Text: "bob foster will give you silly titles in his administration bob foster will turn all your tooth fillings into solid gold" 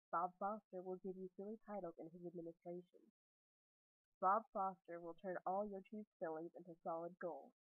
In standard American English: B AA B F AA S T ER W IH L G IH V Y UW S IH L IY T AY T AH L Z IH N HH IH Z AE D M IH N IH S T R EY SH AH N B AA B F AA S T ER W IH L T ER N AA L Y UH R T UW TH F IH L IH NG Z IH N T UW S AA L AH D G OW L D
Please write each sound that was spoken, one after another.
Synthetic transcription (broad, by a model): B AA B F AA S T ER W IH L G IH V Y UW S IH L IY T AY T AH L IH N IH Z AE D M IH N IH S T R EY SH AH N B AA B F AA S T ER W IH L T ER N AA L Y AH R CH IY S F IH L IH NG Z IH N T UW S AA L AH D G OW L